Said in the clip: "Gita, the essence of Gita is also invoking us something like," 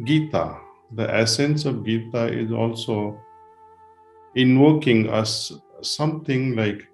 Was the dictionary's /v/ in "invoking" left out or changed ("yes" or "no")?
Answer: yes